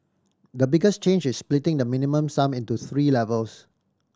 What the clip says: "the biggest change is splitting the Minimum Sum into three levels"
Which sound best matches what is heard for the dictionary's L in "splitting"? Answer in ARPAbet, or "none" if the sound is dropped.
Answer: L